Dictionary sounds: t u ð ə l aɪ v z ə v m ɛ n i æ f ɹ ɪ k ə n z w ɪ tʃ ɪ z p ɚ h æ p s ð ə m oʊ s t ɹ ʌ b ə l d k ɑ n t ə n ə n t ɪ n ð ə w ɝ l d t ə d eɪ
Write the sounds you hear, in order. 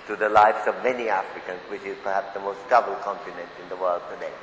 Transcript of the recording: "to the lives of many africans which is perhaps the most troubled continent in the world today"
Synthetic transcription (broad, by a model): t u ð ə l aɪ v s ə v m ɛ n i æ f ɹ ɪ k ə n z w ɪ tʃ ɪ z p ɚ h æ p s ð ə m oʊ s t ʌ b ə l k ɑ n t ə n ə n t ɪ n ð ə w ɝ l d t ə d eɪ